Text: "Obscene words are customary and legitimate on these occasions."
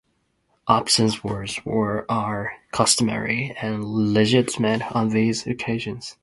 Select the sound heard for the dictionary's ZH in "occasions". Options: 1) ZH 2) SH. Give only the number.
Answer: 1